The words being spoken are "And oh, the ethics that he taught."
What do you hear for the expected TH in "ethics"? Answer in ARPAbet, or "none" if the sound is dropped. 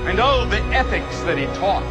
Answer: TH